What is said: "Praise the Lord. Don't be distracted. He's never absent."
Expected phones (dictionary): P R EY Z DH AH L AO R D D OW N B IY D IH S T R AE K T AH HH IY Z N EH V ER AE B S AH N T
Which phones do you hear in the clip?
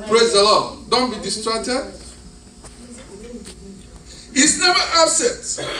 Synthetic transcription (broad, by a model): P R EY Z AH L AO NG D OW N B IY D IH S T R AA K T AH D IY S N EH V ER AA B S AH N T